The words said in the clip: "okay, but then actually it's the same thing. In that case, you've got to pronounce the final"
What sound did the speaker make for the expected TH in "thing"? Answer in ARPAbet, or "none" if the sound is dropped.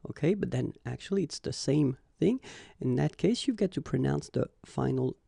TH